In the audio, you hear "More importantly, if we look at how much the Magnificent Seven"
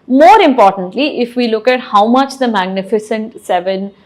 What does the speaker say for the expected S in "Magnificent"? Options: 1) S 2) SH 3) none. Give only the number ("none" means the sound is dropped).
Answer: 1